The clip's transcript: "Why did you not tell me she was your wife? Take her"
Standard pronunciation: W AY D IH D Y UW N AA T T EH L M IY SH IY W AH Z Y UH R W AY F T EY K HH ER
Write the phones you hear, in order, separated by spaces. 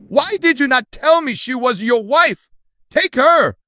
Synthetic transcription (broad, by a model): W AY D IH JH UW N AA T T EH L M IY SH IY W AH Z Y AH R W AY F T EY K HH ER